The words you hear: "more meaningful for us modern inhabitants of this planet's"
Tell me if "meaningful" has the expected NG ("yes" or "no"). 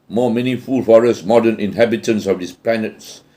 no